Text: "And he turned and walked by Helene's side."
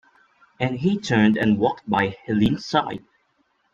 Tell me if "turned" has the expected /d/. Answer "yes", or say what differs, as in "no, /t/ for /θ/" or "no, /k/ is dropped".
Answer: yes